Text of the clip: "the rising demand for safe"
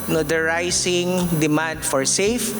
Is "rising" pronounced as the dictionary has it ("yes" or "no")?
no